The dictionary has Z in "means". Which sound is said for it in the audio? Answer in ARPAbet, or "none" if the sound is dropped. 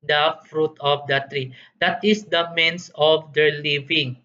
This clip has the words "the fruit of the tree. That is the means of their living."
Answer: S